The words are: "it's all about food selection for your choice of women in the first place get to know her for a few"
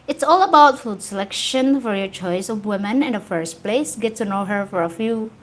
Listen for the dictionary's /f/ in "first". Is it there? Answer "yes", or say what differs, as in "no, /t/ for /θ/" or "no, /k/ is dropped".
yes